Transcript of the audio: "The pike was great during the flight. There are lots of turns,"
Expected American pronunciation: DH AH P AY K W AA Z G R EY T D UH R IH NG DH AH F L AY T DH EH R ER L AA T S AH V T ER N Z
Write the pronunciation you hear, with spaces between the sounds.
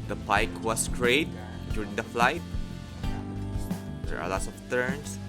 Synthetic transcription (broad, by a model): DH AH P AY K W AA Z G R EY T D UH R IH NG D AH F L AY T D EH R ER L AA T S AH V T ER N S